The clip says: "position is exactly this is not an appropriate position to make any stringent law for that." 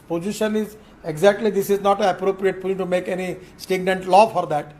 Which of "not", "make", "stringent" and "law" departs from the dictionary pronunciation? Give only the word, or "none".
stringent